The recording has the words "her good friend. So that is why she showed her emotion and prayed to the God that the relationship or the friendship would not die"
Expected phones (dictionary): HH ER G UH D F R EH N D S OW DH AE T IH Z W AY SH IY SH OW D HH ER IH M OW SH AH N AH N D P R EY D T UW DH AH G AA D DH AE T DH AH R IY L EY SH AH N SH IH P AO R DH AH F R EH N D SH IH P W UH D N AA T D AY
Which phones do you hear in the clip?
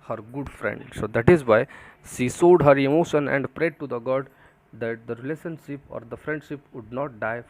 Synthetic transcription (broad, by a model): HH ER G UH D F R EH N D S OW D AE T IH Z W AY SH IY S OW D HH ER IH M OW SH AH N AH N D P R EY D T UW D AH G AA D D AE T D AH R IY L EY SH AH N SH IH P AO R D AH F R EH N D SH IH P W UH D N AA T D AY